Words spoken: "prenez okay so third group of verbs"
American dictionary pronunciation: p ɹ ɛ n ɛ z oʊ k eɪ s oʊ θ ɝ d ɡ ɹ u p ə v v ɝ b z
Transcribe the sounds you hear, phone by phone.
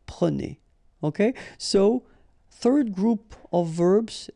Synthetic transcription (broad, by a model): p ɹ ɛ n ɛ oʊ k eɪ s oʊ θ ɝ d ɡ ɹ u p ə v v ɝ b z